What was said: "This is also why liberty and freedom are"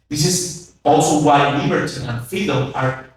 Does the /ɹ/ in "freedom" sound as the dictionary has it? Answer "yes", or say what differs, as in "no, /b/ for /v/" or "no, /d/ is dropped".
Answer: no, /ɹ/ is dropped